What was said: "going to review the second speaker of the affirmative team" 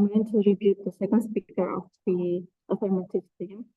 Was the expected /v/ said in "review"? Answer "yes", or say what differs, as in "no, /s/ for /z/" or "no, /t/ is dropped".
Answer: no, /b/ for /v/